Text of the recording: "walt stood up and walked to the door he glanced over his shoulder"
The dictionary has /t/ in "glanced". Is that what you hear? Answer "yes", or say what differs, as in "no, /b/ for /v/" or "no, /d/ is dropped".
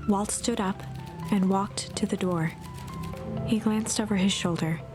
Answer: yes